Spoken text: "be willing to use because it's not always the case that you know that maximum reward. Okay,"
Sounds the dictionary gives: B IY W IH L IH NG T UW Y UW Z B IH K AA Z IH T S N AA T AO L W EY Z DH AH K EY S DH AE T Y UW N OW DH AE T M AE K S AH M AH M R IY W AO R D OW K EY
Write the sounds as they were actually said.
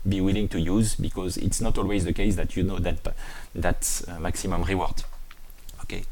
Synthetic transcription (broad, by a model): B IY W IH L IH NG T UW Y UW Z B IH K AA Z IH T S N AA T AO L W EY Z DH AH K EY S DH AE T Y UW N OW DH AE T M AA K S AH M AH M R IY W AO R D OW K EY